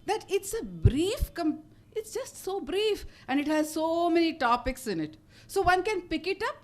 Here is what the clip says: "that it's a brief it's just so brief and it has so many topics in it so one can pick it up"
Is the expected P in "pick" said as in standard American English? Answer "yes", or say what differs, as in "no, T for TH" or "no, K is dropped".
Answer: yes